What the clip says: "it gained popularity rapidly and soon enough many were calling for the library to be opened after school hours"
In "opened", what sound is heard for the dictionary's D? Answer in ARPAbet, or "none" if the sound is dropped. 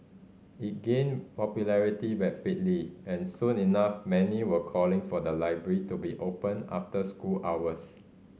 none